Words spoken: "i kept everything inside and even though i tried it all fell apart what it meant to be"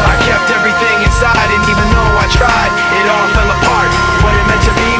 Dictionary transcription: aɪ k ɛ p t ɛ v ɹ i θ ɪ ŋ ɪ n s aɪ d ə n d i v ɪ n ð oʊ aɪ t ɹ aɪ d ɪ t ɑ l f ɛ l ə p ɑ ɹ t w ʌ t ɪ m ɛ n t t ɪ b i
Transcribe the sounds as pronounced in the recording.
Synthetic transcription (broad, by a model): aɪ k ɛ p t ɛ v ɹ i θ ɪ ŋ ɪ n s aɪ d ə n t i v ɪ n oʊ aɪ t ɹ aɪ d ɪ t ɑ l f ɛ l ə p ɑ ɹ t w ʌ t ɪ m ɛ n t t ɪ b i